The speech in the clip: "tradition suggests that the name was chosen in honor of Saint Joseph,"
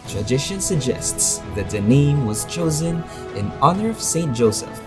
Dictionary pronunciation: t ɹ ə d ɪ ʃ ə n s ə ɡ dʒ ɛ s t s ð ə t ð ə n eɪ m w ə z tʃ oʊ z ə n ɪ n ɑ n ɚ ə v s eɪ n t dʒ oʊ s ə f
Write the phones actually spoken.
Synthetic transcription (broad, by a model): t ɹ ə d ɪ ʃ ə n s ə ɡ dʒ ɛ s t s ð ə t ð ə n eɪ m w ə z tʃ oʊ z ə n ɪ n ɑ n ɚ ə v s eɪ n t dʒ oʊ s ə f